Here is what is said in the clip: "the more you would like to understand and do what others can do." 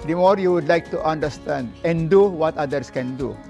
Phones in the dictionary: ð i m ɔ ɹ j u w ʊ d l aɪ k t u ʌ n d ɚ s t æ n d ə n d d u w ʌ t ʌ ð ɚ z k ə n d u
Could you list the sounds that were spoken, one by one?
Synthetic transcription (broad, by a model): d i m ɔ ɹ j u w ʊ d l aɪ k t u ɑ n d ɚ s t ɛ n d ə n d d u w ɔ t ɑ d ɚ s k ə n d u